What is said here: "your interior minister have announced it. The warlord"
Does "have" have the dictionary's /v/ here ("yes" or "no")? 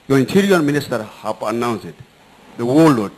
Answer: no